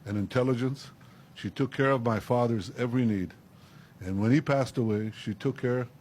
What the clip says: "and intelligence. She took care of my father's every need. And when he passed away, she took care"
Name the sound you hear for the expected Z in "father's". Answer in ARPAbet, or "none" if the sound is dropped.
Z